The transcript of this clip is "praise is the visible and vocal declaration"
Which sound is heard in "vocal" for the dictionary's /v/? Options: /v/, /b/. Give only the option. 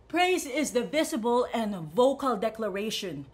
/v/